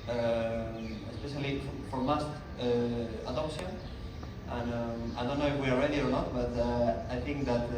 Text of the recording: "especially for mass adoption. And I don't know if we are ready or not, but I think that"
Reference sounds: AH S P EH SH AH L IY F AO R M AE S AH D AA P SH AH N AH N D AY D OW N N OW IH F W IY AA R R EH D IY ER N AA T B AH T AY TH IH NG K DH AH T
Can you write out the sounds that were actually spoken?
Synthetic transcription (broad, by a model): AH S P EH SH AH L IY F AO R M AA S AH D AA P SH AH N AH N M AY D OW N N OW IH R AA L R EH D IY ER N AA T B AH T AY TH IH NG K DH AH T